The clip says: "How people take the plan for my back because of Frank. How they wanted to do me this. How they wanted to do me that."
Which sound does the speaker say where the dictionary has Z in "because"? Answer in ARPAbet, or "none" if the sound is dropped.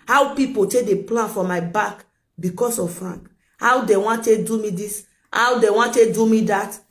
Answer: S